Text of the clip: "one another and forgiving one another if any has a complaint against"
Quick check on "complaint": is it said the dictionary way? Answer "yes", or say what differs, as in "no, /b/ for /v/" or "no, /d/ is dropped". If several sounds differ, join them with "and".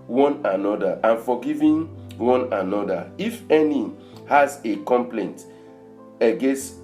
yes